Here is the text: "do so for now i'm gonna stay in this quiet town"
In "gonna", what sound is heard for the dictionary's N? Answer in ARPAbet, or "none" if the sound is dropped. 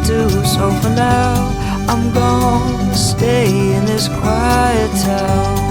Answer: none